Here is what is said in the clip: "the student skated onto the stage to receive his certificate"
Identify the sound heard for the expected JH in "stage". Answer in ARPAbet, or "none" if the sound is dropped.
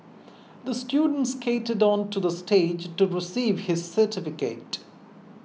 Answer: JH